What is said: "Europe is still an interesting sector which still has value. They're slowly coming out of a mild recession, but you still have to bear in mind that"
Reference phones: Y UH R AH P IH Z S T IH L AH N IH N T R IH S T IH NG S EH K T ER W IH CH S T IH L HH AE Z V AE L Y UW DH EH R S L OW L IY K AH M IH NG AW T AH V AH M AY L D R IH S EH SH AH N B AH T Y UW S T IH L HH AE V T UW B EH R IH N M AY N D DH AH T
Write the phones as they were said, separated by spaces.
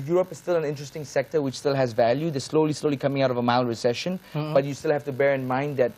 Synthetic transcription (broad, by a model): Y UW R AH P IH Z S T IH L AH N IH N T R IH S T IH NG S EH K T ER W IH CH S T IH L HH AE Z V AE L Y UW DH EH L S L OW L IY K AH M IH NG AW T AH V AH M AY L R IH S EH SH AH N B AH T Y UW S T IH L HH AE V T UW B EH R IH N M AY N D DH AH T